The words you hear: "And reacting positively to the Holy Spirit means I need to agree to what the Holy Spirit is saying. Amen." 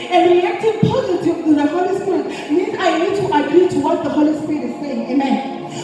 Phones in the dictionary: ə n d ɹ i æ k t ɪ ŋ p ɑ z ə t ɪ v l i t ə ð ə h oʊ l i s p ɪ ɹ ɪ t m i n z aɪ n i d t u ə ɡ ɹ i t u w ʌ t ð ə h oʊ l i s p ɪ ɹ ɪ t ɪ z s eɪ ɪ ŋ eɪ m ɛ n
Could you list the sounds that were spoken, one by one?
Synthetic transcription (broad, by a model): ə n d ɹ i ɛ k t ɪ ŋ p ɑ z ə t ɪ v i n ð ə h oʊ l i s p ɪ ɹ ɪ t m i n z aɪ n i d t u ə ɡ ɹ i t u w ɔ t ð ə h oʊ l i s p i ɹ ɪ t ɪ z s eɪ ɪ ŋ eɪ m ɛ n